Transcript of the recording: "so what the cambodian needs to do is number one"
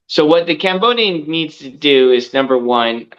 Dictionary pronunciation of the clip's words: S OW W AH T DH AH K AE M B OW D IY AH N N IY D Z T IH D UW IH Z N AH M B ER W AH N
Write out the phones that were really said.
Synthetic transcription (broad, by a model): S OW W AH T DH AH K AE M B OW D IY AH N N IY D Z T IH D UW IH Z N AH M B ER W AH N